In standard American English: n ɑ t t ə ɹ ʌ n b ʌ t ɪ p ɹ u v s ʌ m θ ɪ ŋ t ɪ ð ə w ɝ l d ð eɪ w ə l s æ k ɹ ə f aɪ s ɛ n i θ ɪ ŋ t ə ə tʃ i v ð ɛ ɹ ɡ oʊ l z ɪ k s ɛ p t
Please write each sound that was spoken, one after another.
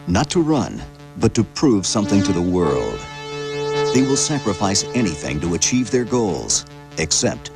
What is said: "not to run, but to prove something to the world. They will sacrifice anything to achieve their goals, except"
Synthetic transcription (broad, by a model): n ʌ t t ə ɹ ʌ n b ʌ t ɪ p ɹ u v s ʌ m θ ɪ ŋ t ɪ ð ə w ɝ l d ð eɪ w ə l s æ k ɹ ə f aɪ s ɛ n i θ ɪ ŋ t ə ə tʃ i v ð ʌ ɹ ɡ oʊ l z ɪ k s ɛ p t